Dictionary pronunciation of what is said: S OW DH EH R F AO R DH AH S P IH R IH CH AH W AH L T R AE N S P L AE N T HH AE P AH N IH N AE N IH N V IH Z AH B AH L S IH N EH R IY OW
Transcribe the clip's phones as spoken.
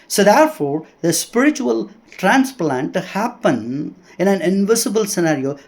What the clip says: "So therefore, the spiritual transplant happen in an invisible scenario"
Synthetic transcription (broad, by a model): S OW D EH R F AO R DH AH S P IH R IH CH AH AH L T R AE N S P L AE N T HH AE P AH N IH N AE N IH N V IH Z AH B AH L S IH N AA R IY OW